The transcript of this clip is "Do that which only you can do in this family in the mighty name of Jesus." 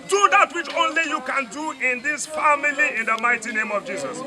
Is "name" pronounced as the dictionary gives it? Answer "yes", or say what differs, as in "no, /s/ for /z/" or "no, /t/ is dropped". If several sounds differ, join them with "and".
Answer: yes